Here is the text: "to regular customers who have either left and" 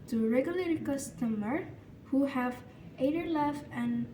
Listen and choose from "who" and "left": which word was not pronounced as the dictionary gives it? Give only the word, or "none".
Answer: left